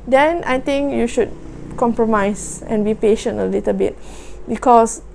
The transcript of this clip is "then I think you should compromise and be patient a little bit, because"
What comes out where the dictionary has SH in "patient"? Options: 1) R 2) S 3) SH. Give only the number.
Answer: 3